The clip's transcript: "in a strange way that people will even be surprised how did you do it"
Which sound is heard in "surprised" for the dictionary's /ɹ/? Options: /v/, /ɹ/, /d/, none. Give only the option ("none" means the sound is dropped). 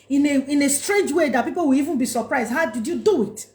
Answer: /ɹ/